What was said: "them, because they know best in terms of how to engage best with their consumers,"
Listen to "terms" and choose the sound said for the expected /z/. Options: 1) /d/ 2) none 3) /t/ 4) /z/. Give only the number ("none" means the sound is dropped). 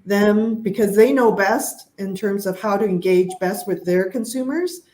4